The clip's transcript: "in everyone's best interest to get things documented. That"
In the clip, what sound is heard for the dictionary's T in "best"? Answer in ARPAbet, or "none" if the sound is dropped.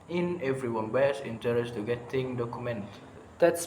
none